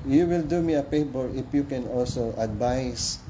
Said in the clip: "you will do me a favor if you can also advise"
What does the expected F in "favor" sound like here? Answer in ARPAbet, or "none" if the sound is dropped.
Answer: P